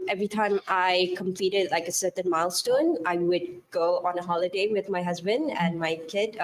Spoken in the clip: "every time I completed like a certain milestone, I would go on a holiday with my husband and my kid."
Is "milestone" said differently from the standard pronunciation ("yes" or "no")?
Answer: no